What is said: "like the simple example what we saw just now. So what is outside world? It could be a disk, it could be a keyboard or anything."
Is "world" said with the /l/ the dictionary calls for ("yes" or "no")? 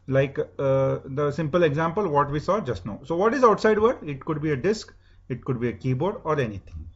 no